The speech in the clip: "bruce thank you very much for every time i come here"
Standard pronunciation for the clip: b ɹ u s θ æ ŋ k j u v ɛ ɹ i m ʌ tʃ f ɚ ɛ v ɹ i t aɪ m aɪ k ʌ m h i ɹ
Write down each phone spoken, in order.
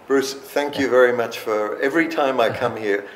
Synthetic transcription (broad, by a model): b ɹ u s θ æ ŋ k j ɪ v ɛ ɹ i m ʌ tʃ f ɚ ɛ v ɹ i t aɪ m aɪ k ʌ m h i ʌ